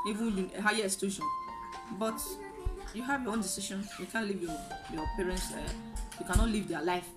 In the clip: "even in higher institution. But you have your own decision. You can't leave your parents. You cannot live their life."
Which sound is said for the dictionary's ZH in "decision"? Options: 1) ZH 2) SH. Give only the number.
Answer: 2